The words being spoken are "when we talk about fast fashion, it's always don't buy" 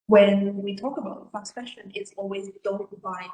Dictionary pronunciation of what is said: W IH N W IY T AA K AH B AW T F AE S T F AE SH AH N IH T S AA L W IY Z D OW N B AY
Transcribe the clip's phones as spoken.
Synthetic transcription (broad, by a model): W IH N W IY T AA K AH B AW T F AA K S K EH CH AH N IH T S AA L W IY Z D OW L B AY